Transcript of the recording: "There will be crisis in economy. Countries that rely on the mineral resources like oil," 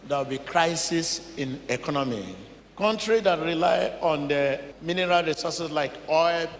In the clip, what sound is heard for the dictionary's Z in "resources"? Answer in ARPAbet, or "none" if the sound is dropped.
S